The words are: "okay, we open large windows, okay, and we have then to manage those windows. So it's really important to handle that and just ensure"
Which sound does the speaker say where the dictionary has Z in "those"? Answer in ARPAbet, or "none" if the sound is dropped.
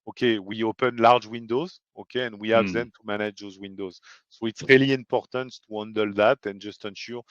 Z